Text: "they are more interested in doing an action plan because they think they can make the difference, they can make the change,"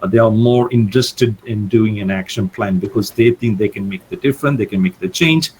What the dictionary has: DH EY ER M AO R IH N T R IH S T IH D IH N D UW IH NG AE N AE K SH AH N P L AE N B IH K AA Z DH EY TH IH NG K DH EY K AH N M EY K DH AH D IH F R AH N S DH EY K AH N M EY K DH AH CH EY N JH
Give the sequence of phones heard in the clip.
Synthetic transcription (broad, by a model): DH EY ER M AO R IH N T R IH S T IH D IH N D UW IH NG AE N AE K SH AH N P L AE N B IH K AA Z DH EY T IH NG K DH EY K AH N M EY K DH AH D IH F R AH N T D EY K AH N M EY K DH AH CH EY N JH